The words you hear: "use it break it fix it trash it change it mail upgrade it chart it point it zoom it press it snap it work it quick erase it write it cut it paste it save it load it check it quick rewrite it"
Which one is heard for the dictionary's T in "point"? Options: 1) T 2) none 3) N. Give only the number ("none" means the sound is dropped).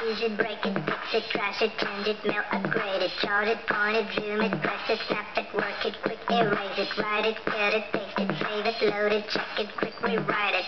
2